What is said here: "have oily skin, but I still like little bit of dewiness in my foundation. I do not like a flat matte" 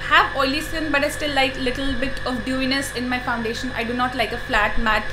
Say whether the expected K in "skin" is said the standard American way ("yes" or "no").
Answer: no